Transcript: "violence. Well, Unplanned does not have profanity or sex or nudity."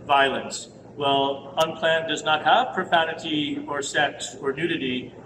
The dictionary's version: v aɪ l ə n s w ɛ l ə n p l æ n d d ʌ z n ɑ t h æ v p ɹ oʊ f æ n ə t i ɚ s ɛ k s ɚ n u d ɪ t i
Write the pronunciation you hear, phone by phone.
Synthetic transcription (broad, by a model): v aɪ l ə n s w ɛ l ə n p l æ n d d ʌ z n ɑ t h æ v p ɹ oʊ f æ n ə t i ɚ s ɛ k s ɚ n u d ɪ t i